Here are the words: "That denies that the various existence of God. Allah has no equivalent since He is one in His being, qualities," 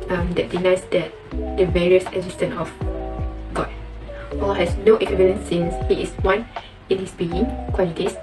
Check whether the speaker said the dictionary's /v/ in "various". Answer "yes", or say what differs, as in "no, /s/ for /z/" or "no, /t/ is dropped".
yes